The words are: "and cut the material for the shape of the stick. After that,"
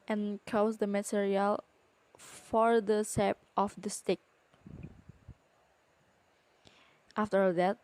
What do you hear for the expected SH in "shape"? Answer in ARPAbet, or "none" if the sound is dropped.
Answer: S